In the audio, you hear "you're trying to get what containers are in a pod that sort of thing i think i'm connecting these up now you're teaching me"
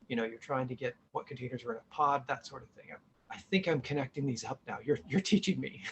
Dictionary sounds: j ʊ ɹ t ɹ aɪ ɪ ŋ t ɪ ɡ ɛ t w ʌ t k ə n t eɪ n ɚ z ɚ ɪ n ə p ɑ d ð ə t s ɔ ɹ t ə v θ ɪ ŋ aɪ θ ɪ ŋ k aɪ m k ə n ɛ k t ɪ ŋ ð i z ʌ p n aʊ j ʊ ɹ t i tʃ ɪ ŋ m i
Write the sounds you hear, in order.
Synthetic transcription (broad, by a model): j ʊ ɹ t ɹ aɪ ɪ ŋ t ɪ ɡ ɛ t w ʌ t k n t eɪ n ɚ z ɚ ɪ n ə p ɑ d ð ə t s ɔ ɹ t ə v θ ɪ ŋ aɪ θ ɪ ŋ k aɪ m k ə n ɛ k t ɪ ŋ ð i z ʌ p n aʊ j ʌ ɹ t i tʃ ɪ ŋ m i